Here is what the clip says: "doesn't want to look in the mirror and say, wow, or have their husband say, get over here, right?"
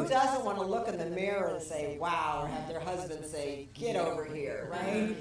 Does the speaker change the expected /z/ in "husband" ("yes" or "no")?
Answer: no